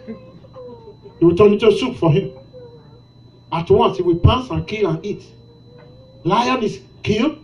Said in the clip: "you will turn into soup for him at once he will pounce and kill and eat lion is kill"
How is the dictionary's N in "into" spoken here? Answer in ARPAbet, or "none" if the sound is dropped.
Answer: none